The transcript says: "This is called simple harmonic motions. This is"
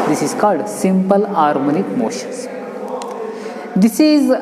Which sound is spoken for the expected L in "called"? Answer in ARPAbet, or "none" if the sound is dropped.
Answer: L